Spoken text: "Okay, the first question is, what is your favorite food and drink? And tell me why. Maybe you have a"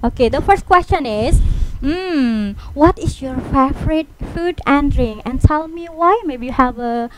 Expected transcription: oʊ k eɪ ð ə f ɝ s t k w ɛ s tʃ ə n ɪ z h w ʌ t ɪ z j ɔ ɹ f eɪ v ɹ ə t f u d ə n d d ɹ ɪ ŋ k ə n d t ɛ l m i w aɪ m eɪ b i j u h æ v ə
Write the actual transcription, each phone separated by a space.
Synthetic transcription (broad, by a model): oʊ k eɪ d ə f ɝ s t k w ɛ s tʃ ə n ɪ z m w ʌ t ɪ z j ɔ ɹ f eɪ f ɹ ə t f u d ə n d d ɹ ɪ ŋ ə n t ɛ l m i w aɪ m eɪ b i j u h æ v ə